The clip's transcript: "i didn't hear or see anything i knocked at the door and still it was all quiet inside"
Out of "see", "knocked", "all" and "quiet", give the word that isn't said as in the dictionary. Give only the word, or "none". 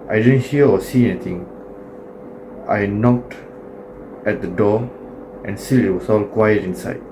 none